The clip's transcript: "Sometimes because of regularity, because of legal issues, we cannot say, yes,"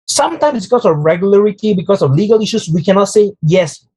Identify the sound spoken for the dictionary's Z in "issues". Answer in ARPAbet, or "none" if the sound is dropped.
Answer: S